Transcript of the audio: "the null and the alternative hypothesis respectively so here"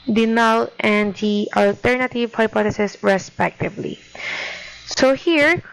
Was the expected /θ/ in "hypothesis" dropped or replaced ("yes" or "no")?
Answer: yes